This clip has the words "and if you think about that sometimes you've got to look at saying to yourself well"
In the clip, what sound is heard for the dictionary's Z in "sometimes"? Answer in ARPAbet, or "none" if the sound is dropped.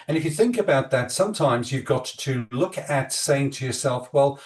Z